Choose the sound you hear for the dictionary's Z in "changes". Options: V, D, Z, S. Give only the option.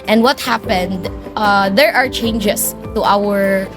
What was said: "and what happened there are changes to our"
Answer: S